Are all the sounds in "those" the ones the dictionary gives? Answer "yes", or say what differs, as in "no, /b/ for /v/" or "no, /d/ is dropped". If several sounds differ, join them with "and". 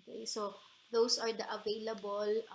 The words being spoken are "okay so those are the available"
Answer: no, /s/ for /z/